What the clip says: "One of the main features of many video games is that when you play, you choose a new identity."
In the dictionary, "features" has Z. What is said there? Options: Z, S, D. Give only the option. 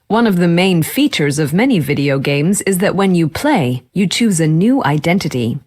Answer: Z